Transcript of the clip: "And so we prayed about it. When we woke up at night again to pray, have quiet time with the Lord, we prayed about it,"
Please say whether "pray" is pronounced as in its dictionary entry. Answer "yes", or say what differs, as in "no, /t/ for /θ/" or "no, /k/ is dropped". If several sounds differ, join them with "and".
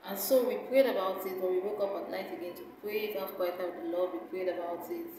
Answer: yes